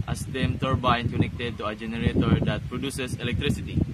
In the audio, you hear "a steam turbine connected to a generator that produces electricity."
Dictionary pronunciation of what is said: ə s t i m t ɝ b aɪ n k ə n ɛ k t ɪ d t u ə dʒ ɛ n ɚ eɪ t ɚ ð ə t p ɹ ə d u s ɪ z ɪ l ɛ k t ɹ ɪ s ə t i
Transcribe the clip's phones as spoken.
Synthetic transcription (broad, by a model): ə s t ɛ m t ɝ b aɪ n k ə n ɛ k t ɪ d t u ə dʒ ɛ n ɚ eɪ t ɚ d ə t p ɹ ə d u s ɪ s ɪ l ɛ k t ɹ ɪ s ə t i